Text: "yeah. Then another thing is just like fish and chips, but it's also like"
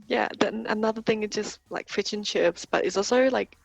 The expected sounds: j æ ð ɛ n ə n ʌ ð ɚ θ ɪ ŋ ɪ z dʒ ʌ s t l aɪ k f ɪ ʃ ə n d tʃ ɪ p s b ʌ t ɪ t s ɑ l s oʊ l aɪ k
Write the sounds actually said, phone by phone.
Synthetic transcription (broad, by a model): j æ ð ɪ n ə n ʌ ð ɚ θ ɪ ŋ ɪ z dʒ ʌ s t l aɪ k f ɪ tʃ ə n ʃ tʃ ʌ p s b ʌ t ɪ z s ɑ l s oʊ l aɪ k